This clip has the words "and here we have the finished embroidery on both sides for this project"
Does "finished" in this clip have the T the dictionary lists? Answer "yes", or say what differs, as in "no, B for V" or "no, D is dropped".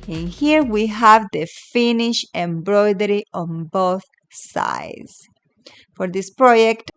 no, T is dropped